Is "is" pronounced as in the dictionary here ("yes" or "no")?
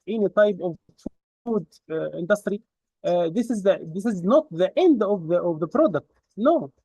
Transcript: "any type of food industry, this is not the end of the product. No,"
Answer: yes